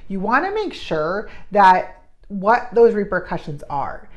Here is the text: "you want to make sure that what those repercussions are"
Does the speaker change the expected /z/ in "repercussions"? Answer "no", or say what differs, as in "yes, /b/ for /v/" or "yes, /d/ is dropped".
no